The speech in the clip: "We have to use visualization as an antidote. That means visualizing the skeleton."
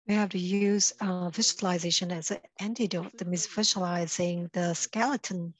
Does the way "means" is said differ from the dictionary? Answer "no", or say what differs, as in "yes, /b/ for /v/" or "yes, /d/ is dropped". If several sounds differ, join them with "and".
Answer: yes, /n/ is dropped